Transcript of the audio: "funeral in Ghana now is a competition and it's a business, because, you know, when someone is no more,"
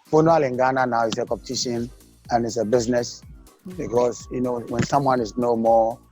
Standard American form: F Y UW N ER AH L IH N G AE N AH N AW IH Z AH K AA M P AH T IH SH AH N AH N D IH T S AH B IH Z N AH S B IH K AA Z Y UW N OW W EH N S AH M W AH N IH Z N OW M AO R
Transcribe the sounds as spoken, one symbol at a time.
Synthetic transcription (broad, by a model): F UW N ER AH L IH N G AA N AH N AW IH S AH K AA P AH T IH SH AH N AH N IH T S AH B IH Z N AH S B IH K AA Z Y UW N OW W EH N S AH M W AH N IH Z N OW M AO